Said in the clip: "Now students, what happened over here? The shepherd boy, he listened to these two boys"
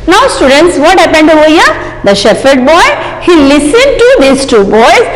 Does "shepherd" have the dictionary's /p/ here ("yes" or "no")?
no